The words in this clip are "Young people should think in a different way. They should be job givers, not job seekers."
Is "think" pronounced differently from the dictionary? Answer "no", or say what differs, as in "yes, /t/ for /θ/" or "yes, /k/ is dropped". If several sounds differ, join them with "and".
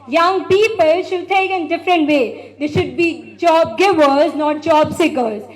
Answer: yes, /t/ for /θ/ and /ŋ/ is dropped